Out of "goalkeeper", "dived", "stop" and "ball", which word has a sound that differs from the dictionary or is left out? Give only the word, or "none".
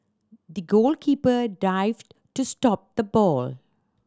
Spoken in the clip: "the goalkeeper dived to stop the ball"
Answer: none